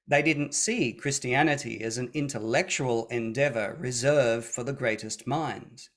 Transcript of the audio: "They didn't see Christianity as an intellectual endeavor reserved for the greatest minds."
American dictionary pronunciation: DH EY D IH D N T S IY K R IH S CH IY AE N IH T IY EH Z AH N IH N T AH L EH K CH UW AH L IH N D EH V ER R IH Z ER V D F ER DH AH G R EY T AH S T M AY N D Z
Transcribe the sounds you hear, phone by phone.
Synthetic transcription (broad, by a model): DH EY D IH D N T S IY K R IH S CH IY AE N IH T IY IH Z N IH N T AH L EH K CH UW AH L IH N D EH V ER R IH Z ER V F ER DH AH G R EY T AH S T M AY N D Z